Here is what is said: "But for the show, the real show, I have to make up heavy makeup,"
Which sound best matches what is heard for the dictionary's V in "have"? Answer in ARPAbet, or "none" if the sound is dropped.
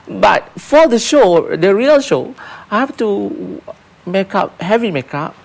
F